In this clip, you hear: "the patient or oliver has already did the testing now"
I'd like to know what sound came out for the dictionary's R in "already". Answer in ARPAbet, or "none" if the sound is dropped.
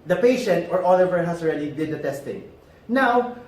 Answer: R